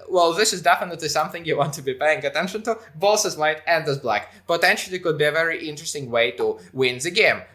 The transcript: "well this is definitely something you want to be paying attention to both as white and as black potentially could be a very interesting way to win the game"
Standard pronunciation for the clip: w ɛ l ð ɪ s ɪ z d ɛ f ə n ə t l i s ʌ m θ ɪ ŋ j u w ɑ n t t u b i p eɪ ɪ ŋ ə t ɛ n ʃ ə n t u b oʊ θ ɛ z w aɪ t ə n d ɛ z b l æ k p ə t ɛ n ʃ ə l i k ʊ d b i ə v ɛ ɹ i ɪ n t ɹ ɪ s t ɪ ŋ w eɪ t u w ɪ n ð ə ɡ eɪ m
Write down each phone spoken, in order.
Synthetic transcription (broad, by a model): w ɛ l ð ɪ s ɪ z d ɛ f ə n ə t l i s ʌ m θ ɪ ŋ j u w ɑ n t t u b i p eɪ ɪ ŋ ə t ɛ n ʃ ə n t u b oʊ s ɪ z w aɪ t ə n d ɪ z b l æ k p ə t ɛ n ʃ l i k ʊ d b i ə v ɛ ɹ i ɪ n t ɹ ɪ s t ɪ ŋ w eɪ t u w ɪ n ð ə ɡ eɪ m